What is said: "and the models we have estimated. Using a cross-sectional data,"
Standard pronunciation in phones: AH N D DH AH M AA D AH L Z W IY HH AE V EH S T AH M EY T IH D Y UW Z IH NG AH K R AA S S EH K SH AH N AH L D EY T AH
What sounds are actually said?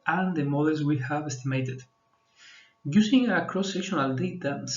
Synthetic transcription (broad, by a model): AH N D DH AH M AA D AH L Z W IY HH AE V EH S T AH M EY T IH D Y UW S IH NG AH K R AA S S EH K SH AH N AH L D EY T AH